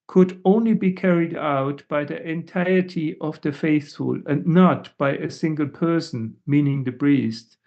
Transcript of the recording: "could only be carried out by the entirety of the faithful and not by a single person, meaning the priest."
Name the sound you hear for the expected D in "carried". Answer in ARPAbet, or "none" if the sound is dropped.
D